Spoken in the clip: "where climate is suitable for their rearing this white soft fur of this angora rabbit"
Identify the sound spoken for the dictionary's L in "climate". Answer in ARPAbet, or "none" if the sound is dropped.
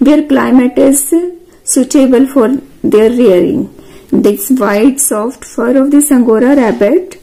L